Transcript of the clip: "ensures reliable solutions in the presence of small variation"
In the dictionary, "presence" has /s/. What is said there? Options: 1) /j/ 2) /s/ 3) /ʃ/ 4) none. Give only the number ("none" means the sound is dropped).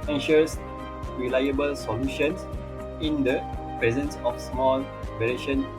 2